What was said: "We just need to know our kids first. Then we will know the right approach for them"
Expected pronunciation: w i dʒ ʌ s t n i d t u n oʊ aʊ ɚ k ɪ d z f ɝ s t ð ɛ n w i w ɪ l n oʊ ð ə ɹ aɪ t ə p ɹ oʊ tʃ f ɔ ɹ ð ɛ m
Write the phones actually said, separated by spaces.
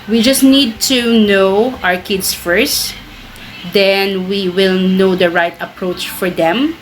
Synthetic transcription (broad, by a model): w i dʒ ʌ s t n i d t u n oʊ aʊ ɚ k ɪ d s f ɝ s t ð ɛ n w i w ɪ l n oʊ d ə ɹ aɪ t ə p ɹ oʊ tʃ f ɔ ɹ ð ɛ m